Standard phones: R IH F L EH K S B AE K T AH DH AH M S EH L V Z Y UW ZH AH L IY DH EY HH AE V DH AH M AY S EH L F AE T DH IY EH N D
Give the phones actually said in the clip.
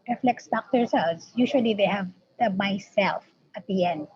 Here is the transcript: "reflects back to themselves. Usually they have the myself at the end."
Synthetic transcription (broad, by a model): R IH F L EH K S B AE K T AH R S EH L Z Y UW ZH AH L IY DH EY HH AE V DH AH M AY S EH L F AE T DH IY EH N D